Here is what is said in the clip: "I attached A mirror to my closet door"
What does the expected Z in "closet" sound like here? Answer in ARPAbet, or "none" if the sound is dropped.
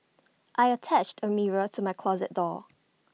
Z